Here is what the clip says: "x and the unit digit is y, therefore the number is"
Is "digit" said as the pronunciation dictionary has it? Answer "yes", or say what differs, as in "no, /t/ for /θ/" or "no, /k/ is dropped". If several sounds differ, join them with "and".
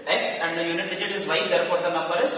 yes